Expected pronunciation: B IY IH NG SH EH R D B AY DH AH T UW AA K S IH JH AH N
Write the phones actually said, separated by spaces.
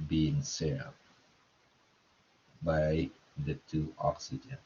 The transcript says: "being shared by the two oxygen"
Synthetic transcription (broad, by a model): B IY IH NG S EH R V B AY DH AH T UW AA K S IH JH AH N